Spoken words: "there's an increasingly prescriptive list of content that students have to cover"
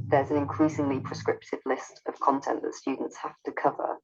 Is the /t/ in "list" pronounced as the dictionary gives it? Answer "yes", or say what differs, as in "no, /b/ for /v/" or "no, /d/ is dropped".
yes